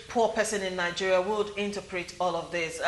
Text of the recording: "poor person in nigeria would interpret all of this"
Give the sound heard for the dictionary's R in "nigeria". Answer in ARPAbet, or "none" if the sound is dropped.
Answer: R